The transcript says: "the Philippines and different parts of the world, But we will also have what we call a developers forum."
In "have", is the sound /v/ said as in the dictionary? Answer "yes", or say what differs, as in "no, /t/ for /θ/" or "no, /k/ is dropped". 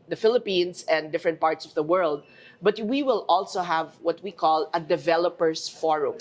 yes